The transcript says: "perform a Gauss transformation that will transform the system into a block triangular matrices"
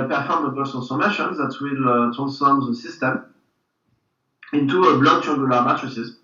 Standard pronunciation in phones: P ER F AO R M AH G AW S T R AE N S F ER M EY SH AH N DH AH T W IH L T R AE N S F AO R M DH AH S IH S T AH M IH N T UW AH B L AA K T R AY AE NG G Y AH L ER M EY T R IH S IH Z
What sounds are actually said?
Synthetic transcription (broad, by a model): P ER F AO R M AH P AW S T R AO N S ER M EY SH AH N DH AH T W IH L T R AE N S F AO R M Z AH S IH S T AH M IH N T UW AH B L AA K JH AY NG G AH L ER M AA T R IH S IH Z